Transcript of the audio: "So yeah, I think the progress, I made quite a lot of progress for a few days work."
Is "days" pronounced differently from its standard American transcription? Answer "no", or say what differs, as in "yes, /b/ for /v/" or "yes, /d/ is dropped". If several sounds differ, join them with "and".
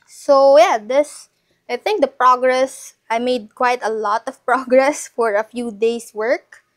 yes, /s/ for /z/